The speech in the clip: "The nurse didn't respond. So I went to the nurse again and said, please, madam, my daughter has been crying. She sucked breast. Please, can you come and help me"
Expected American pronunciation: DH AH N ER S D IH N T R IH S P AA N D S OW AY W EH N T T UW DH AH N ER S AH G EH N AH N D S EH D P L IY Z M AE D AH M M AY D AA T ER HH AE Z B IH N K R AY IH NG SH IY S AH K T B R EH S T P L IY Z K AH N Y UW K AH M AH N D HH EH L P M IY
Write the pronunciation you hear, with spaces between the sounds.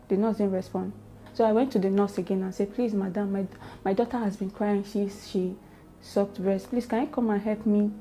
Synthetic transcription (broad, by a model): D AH N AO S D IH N R IH S P AA N D S OW AY W EH N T T UW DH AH N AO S AH G EH N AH N S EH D P L IY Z M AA D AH M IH AY D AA T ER HH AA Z B IH N K R AY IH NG SH IY S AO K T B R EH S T P L IY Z K AH N Y UW K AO M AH N HH EH L P M IY